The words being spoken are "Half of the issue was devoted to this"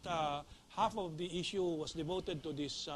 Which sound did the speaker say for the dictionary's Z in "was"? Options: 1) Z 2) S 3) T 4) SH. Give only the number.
2